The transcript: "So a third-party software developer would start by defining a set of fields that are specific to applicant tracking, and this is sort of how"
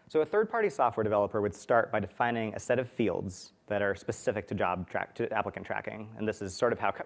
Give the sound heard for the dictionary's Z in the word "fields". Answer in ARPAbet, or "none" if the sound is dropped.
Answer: Z